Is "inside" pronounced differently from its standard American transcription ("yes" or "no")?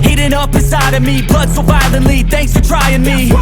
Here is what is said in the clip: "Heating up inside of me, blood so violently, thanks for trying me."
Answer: yes